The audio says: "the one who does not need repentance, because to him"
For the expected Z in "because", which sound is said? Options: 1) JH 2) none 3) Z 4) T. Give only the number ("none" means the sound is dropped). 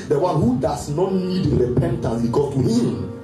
2